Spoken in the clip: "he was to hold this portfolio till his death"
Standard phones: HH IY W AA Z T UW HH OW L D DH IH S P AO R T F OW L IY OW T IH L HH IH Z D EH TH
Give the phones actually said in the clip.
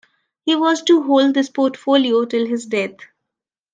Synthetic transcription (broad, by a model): HH IY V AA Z T UW HH OW L D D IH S P AO R T F OW L IY OW T IH L HH IH Z D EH T